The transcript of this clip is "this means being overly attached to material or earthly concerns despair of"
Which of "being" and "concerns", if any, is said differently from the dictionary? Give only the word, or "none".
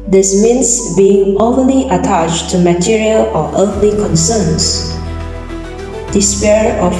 concerns